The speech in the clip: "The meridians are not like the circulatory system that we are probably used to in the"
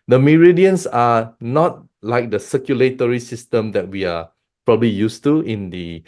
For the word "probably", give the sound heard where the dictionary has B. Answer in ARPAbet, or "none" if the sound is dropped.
B